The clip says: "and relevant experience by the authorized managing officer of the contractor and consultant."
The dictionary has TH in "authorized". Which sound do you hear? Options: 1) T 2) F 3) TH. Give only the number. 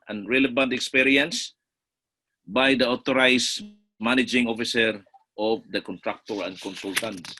1